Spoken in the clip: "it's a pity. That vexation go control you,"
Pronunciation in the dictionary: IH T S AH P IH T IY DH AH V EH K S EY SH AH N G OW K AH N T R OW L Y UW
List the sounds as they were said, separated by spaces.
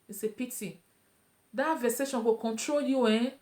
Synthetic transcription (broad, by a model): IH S AH P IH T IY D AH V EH S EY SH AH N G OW K AH N T R OW L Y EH